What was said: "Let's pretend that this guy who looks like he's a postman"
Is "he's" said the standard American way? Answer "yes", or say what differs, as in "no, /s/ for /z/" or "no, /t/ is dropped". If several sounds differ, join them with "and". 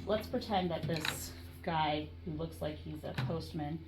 yes